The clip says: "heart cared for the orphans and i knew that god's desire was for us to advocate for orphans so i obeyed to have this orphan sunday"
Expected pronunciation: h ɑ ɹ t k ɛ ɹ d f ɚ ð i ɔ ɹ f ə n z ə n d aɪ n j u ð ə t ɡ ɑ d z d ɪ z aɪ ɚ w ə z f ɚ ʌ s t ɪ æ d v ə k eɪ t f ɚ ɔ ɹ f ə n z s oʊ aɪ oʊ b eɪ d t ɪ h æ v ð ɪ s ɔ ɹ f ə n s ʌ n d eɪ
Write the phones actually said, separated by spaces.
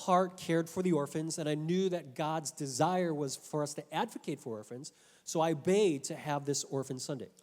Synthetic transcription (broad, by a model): h ɑ ɹ t k ɛ ɹ d f ɚ ð i ɔ ɹ f ə n z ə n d aɪ n j u ð ə t ɡ ɑ d z d ɪ z aɪ ɚ w ə z f ɚ ʌ s t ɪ æ d v ə k eɪ t f ɚ ɔ ɹ f ə n z s oʊ aɪ b eɪ d t ɪ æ v ð ɪ s ɔ ɹ f ə n s ʌ n d eɪ